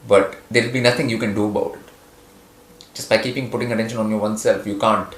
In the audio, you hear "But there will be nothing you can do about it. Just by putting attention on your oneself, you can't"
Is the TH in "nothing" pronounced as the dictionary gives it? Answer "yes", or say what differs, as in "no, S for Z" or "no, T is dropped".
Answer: no, T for TH